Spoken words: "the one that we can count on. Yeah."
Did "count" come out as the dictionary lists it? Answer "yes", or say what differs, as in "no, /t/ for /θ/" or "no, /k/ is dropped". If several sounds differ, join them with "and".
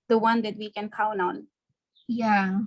no, /t/ is dropped